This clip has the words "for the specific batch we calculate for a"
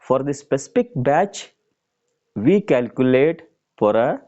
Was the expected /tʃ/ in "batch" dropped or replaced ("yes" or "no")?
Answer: no